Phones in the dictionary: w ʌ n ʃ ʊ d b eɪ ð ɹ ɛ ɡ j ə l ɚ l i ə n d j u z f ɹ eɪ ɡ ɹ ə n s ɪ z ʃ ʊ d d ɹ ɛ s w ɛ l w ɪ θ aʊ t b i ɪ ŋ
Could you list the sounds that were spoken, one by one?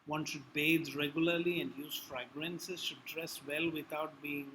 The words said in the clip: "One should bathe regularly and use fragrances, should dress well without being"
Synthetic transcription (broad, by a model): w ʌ n ʃ ʊ d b eɪ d ɹ ɛ ɡ j ə l ɚ l i ə n d j u z f ɹ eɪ ɡ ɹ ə n s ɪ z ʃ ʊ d d ɹ ɛ s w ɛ l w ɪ t aʊ t b i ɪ ŋ